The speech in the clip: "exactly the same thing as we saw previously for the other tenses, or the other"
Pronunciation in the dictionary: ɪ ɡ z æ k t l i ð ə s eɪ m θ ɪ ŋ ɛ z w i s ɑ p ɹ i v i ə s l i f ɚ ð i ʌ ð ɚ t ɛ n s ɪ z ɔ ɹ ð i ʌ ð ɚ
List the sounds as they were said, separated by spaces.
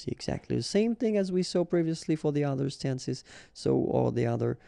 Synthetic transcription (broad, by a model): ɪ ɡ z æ k t l i ð ə s eɪ m θ ɪ ŋ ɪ z w i s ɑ p ɹ i v i ə s l i f ɚ ð i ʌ ð ɚ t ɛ n s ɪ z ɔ l ð i ʌ ð ɚ